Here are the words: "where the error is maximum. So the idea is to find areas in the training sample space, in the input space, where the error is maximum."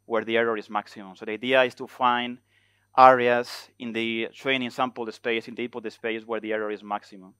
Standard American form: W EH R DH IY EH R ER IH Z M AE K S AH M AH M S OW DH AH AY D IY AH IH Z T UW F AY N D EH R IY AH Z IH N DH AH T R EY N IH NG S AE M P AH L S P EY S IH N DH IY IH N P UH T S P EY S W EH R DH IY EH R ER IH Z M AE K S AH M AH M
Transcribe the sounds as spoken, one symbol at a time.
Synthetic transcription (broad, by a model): W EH R DH IY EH R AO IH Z M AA K S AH M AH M S OW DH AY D IY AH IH S T UW F AY N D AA R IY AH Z IH N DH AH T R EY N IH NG S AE M P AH L S P EY S IH N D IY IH P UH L S P EY S W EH R DH IY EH R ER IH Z M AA K S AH M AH M